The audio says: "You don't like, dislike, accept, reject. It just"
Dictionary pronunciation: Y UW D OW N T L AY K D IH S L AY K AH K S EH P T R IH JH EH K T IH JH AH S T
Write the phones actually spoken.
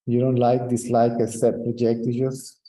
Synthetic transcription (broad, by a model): Y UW D OW N T L AY K D IH S L AY K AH S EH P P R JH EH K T IH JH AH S